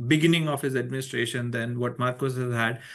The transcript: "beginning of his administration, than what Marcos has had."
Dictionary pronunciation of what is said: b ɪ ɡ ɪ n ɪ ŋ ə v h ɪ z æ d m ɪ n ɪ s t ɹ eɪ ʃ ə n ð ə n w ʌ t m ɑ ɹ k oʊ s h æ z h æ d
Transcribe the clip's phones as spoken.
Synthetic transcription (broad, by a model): b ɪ ɡ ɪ n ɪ ŋ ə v h ɪ z æ d m ɪ n ɪ s t ɹ eɪ ʃ ə n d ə n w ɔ t m ɑ ɹ k oʊ s h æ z h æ d